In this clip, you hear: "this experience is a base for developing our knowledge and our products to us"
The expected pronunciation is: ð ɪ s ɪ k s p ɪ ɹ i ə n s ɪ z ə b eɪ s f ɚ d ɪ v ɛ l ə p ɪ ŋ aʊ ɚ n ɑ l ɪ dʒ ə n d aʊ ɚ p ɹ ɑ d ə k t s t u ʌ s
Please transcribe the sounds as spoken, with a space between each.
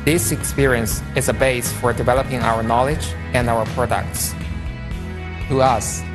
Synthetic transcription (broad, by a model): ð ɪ s ɪ k s p ɪ ɹ i ə n s ɪ z ə b eɪ s f ɚ d ɪ v ɛ l ə p ɪ ŋ aʊ ɚ n ɑ l ɪ dʒ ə n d aʊ ɚ p ɹ ɑ d ə k t s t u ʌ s